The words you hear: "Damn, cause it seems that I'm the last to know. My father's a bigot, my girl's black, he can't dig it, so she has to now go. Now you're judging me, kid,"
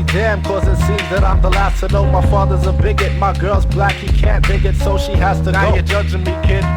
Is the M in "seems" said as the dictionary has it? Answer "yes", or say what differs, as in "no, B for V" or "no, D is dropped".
no, M is dropped